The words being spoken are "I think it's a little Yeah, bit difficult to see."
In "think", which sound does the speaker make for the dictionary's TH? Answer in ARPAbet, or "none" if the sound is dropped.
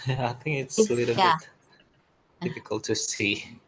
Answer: TH